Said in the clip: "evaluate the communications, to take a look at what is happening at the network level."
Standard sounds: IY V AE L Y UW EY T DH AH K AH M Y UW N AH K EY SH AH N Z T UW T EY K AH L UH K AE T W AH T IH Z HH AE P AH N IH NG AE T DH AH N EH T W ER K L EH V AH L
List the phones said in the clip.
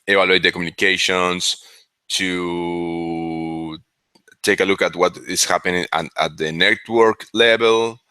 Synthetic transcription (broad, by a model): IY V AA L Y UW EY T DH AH K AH M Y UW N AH K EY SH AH N S T UW T EY K AH L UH K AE T W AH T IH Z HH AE P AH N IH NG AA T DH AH N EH T W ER K L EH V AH L